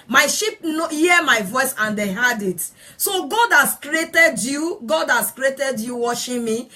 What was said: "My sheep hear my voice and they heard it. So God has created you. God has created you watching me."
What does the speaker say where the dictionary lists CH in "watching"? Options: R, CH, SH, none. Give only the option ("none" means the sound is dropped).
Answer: SH